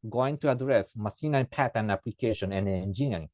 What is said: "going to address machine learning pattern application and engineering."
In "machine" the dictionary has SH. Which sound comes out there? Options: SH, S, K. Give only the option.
S